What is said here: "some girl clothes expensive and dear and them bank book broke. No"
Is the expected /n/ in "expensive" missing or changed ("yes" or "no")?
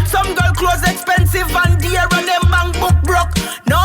no